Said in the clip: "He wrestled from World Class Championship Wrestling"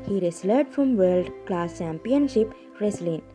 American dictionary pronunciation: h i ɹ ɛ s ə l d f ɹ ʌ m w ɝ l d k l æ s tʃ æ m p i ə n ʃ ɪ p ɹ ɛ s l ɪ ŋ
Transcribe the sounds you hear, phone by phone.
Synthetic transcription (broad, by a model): h i ɹ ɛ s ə d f ɹ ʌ m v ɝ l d k l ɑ s tʃ æ m p i ə n ʃ ɪ p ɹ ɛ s l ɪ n